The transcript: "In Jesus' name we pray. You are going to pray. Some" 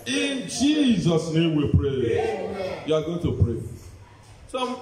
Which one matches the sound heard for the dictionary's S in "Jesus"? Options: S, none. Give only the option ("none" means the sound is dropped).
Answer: S